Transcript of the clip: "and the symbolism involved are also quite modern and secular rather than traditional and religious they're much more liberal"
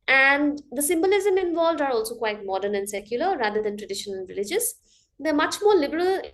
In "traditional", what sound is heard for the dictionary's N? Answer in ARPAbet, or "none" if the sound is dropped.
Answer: none